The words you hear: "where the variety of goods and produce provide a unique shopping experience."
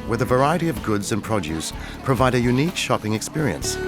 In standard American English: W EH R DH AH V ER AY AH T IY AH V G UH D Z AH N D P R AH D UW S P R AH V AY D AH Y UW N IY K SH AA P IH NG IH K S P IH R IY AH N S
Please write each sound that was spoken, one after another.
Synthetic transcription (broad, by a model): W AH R DH AH V ER AY AH T IY AH V G UH D Z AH N P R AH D UW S P R AH V AY D AH Y UW N IY K SH AA P IH NG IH K S P IH R IY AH N S